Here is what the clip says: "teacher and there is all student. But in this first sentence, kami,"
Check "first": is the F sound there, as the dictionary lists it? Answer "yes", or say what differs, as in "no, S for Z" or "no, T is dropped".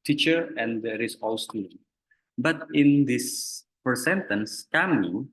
no, P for F